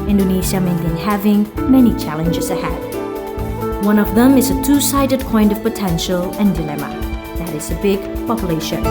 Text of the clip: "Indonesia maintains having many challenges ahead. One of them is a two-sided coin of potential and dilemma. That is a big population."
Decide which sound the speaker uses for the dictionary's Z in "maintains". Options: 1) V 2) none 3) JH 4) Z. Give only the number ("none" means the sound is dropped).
2